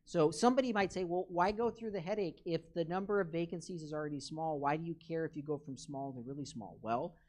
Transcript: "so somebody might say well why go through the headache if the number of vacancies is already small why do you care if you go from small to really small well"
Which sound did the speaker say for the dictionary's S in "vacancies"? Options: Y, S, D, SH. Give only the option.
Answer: S